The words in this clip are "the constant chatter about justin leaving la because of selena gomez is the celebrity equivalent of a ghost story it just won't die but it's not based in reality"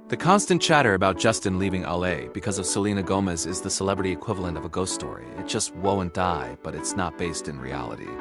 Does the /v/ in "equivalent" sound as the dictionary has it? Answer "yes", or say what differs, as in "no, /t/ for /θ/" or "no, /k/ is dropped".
yes